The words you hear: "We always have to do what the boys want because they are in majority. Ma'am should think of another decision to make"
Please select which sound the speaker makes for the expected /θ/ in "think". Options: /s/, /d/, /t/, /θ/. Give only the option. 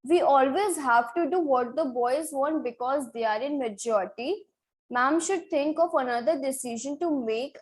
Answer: /t/